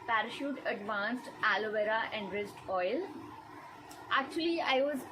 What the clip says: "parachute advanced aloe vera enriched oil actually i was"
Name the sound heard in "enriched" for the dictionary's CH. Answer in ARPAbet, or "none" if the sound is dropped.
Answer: S